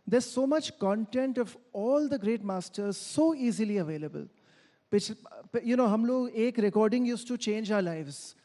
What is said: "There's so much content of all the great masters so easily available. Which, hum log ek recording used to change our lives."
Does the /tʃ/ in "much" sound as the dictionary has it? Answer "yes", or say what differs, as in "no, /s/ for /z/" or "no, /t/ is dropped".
yes